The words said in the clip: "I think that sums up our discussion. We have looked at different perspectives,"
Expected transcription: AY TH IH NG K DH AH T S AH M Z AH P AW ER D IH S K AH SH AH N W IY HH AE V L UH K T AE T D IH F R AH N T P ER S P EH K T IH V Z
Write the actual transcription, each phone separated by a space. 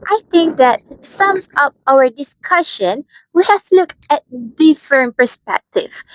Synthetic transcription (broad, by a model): AY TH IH NG K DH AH T S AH M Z AH P AW ER D IH S K AH SH AH N W IY HH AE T L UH K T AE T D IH F R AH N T P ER S P EH K T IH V